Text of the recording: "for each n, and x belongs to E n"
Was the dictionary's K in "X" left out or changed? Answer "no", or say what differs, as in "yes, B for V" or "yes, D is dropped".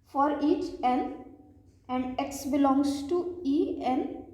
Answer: no